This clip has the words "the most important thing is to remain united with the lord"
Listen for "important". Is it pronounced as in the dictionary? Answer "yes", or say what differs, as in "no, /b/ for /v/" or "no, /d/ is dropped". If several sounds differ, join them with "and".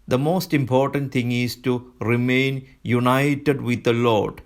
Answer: yes